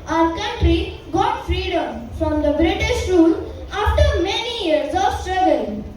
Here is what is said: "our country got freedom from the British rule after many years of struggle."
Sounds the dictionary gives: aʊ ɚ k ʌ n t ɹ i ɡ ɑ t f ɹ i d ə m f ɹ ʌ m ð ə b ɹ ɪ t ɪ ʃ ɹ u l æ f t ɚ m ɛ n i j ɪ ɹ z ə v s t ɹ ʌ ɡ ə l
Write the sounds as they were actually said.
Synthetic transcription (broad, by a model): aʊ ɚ k ʌ n t ɹ i ɡ ɑ t f ɹ i d ə m f ɹ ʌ m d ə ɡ ɹ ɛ t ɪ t ɹ u l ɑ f t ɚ m ɛ n i j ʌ ɹ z ə v s t ɹ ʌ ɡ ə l